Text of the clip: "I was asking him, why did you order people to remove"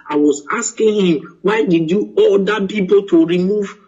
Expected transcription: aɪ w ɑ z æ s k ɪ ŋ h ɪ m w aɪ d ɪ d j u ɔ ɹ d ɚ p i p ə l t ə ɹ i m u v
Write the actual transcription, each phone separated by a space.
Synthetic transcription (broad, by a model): aɪ w ɑ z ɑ s k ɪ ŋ h ɪ m w aɪ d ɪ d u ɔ l d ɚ p i p ə l t ə ɹ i m u v